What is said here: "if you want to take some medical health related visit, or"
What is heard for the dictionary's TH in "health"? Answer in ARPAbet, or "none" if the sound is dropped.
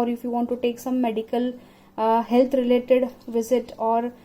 T